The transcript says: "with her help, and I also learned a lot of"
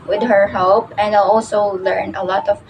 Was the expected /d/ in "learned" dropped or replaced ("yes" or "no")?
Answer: yes